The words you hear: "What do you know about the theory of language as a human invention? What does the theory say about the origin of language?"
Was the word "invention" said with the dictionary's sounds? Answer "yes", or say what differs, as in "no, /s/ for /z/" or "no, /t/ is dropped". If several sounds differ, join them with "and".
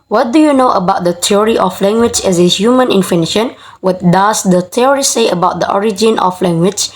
no, /f/ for /v/